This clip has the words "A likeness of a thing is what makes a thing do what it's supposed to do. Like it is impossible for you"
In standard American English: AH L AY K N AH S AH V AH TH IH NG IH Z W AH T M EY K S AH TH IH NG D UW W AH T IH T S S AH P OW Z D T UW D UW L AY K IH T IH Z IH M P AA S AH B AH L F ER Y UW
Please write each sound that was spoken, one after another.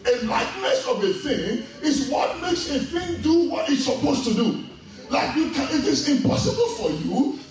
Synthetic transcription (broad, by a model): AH L AY K N AH S AH V AH TH IH NG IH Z W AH T M EY K S AH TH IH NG D UW W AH T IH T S S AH P OW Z T UW D UW L AY K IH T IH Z IH M P AA S AH B AH L F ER Y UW